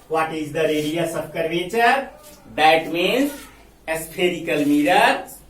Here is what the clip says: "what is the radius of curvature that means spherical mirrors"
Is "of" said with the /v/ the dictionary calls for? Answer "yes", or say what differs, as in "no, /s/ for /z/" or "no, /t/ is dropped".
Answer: no, /b/ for /v/